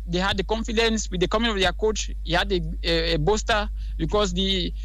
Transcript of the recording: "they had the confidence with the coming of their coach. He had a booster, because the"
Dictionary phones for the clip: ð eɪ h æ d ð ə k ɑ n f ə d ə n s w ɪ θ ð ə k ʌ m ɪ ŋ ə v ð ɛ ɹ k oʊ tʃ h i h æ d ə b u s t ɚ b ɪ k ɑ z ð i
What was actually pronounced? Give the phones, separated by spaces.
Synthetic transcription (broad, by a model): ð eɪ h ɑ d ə k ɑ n f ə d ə n s w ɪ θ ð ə k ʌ m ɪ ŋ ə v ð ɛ k oʊ tʃ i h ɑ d ə b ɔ s t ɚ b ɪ k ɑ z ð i